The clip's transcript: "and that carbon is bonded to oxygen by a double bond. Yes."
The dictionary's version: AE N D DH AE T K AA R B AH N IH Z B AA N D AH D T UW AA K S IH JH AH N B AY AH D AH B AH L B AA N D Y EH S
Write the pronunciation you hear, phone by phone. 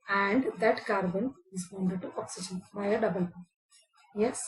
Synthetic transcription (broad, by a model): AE N D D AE T K AA R B AH N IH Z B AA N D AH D T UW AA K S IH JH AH N B AY AH D AH B AH L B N Y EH S